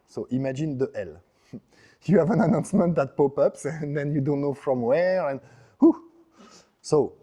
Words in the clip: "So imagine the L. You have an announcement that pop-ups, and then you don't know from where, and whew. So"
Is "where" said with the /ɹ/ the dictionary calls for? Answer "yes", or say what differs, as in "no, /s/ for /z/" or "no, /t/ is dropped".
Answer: yes